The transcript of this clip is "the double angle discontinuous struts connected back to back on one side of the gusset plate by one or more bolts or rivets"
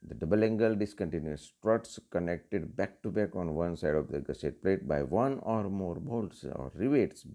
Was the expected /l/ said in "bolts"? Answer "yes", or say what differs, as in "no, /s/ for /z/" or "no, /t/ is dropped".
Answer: yes